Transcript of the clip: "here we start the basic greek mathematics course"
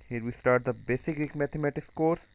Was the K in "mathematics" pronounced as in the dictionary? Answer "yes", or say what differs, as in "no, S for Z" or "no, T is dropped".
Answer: no, K is dropped